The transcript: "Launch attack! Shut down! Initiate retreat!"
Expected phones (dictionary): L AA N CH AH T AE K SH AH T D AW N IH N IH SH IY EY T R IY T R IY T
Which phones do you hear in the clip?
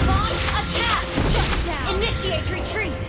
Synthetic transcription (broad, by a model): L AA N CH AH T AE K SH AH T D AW IH N IH SH IY EY T R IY T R IY T